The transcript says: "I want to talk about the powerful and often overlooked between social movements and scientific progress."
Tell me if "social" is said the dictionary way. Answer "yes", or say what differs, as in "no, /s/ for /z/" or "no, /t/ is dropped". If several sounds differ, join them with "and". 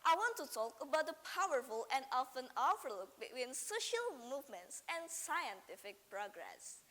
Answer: yes